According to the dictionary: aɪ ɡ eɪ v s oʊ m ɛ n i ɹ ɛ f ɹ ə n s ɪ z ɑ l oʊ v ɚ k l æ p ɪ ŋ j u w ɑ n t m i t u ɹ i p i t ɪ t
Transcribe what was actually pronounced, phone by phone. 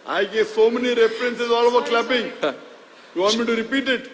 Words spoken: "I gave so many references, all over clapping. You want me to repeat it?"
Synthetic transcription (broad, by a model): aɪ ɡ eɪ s s oʊ m ɛ n i ɹ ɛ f ɹ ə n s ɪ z ɑ l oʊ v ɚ k l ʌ b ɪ ŋ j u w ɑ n m i t u ɹ i p i t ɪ t